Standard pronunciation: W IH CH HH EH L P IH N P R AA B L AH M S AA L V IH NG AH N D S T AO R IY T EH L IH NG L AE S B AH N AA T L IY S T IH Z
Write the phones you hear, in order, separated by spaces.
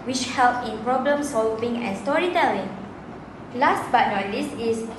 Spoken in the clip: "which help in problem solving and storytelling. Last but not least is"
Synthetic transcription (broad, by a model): W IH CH HH EH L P IH N P R AA B L AH M S AA L V IH NG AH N S T AO R IY T EH L IH NG L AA S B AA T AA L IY S IH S